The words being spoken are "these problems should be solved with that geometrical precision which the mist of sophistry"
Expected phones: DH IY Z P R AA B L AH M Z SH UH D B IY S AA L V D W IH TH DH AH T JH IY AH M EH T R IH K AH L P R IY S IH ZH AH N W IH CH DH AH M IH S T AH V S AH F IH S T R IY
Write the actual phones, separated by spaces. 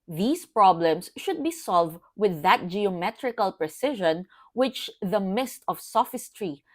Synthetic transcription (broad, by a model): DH IY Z P R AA B L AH M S SH UH D B IY S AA L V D W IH DH AH T JH IY AH M EH T R IH K AH L P R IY S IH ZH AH N W IH CH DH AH M IH S T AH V S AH F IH S T R IY